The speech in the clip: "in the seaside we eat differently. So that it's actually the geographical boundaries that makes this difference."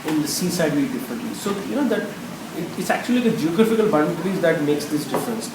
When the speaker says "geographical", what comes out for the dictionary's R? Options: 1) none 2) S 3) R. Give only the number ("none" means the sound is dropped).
3